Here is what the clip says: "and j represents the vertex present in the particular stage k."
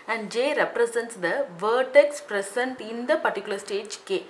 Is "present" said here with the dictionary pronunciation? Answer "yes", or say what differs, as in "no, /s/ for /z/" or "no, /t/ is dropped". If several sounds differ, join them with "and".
no, /s/ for /z/